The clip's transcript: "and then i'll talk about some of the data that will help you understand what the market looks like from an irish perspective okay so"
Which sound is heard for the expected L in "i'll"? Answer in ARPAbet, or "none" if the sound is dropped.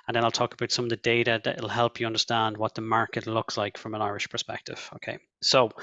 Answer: L